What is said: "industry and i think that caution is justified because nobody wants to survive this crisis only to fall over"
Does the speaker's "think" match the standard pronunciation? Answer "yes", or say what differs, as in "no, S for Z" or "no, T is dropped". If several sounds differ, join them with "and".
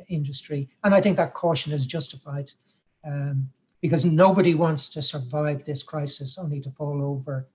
yes